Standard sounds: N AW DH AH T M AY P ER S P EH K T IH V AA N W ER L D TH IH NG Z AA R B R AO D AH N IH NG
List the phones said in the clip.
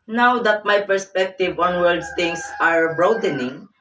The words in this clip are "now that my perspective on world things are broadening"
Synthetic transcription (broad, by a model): N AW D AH T M AY P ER S P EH K T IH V AA N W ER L D T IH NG S AA R B R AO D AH N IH NG